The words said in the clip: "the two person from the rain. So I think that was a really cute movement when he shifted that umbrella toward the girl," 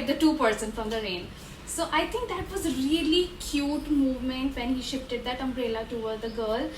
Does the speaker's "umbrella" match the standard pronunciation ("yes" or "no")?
yes